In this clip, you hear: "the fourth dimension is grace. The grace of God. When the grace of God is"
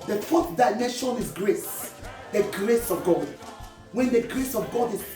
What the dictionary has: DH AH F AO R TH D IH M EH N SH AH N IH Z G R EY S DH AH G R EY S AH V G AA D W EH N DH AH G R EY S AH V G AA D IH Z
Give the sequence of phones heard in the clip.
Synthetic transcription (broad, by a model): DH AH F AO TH D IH IH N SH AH N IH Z G R EY S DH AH G R EY S AH V G AA D W EH N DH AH G R EY S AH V G AA D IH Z